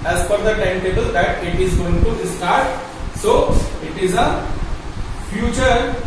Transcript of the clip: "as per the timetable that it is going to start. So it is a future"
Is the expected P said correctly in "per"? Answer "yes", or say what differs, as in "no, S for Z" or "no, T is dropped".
no, F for P